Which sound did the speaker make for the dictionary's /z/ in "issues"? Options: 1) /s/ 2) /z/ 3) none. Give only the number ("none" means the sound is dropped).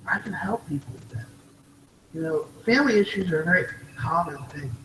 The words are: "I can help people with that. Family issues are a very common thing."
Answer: 2